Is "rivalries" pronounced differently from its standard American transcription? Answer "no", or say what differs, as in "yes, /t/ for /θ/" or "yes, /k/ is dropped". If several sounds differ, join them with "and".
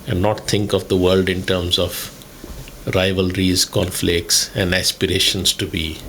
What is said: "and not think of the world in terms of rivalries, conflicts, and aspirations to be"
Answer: no